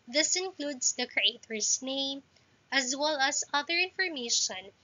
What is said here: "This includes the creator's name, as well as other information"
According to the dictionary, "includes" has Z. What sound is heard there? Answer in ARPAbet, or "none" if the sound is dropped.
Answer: S